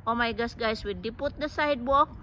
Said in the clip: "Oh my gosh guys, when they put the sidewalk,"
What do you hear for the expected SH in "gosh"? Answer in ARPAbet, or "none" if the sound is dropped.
S